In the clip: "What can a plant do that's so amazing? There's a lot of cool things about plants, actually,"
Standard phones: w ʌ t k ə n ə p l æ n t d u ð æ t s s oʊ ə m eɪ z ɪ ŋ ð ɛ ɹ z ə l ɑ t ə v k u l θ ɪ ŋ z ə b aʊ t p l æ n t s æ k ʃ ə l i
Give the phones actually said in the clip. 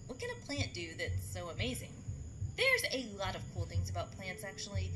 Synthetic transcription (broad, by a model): w ʌ t k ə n ə p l æ n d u ð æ t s s oʊ ə m eɪ z ɪ ŋ ð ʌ ɹ z ə l ɑ t ə v k u l θ ɪ ŋ z ə b aʊ t p l æ n t s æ k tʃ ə l i